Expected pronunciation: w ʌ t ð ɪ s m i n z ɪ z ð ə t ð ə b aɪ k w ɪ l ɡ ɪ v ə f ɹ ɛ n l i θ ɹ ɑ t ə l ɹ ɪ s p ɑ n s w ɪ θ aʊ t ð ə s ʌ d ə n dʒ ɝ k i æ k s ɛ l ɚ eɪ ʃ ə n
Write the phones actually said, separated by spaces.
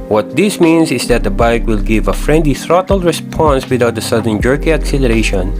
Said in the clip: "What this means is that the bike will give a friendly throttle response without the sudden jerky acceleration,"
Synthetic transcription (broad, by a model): w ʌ t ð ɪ s m i n s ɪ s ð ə t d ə b aɪ k w ɪ l ɡ ɪ v ə f ɹ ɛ n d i θ ɹ ɑ t ə l ɹ ɪ s p ɑ n s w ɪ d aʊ t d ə s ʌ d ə n dʒ ɝ k i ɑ k s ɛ l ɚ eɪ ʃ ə n